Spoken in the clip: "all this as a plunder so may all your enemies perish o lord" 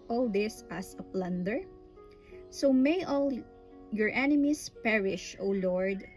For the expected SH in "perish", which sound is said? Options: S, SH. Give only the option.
SH